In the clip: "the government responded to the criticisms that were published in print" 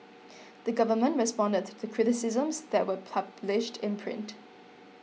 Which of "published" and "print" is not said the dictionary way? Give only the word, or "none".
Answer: none